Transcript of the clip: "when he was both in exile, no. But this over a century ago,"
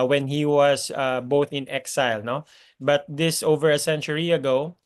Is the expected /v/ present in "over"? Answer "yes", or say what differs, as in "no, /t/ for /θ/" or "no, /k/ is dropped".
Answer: yes